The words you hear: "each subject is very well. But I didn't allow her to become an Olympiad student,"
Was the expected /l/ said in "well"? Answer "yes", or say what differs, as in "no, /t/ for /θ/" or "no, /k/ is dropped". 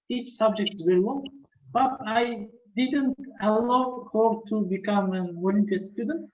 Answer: no, /n/ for /l/